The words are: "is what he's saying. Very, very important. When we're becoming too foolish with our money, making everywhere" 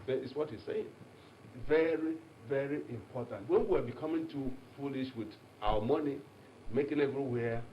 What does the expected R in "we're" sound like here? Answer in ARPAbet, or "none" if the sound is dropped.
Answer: W